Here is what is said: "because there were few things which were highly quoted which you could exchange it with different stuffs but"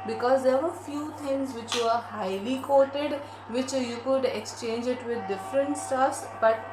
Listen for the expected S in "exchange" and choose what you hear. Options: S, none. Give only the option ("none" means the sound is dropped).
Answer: S